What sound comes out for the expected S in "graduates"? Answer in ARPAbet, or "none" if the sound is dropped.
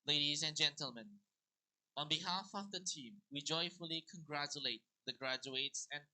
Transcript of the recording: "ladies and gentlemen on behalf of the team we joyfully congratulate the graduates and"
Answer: S